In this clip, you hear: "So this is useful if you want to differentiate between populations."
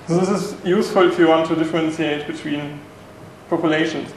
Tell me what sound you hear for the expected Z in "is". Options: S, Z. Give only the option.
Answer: S